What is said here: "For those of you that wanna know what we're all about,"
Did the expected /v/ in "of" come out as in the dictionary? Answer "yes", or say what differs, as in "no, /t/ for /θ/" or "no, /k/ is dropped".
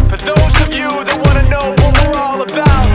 yes